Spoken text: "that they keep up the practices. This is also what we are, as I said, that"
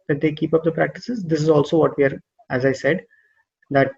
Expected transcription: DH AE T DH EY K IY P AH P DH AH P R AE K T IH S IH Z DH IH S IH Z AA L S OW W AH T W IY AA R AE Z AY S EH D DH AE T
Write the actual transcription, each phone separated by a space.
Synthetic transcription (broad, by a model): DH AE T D EY K IY P AH P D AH P R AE K T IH S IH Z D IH S IH Z AA L S OW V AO T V IY AA R AE Z AY S EH D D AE T